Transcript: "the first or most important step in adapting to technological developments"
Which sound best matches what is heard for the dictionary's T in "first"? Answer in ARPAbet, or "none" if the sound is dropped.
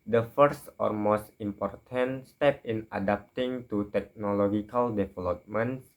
T